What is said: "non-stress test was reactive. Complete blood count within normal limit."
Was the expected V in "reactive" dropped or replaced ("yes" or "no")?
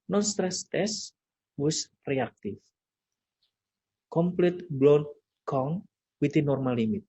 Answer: yes